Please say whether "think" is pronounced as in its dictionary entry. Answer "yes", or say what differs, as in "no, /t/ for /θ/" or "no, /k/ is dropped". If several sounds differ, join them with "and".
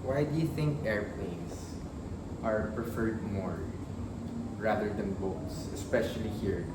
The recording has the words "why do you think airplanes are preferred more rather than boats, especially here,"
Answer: yes